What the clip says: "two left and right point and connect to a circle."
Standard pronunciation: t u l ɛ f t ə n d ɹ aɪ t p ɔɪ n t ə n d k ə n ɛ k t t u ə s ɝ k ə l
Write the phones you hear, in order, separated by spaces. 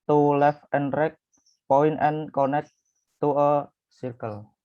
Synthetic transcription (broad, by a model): t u l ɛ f ə n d ɹ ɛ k p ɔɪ n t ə n k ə n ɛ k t t u ə s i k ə l